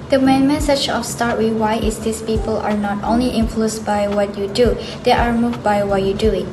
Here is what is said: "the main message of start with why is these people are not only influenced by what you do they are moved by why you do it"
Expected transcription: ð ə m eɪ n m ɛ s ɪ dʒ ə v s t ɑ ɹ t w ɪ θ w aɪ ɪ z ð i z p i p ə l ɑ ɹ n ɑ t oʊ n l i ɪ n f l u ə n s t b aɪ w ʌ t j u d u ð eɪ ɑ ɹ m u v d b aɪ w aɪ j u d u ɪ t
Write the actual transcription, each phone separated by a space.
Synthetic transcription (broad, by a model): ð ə m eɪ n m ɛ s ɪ tʃ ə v s t ɑ ɹ t w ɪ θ w aɪ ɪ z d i s p i p ə l ɑ ɹ n ɑ t oʊ n l i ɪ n f l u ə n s b aɪ w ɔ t j u d u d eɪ ɑ ɹ m u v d b aɪ w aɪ j u d u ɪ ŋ